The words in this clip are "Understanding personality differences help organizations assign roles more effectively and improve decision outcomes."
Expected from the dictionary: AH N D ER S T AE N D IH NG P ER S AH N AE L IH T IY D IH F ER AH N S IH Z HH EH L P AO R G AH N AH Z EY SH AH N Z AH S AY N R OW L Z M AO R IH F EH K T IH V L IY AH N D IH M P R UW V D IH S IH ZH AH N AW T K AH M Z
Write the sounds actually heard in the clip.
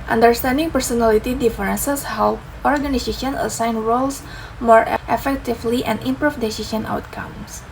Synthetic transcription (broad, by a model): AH N D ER S T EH N D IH NG P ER S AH N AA L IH T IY D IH F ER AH N S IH S HH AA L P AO R G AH N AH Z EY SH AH N AH S AY N R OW L S M AO R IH F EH K T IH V L IY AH N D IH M P R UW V D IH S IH S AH N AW T K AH M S